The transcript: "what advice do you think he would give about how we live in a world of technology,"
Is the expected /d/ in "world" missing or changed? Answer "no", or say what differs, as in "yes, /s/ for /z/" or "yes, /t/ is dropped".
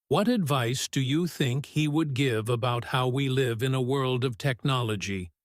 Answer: no